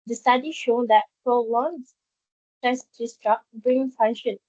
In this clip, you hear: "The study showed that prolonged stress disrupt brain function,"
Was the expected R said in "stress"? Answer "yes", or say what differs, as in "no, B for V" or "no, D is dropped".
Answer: no, R is dropped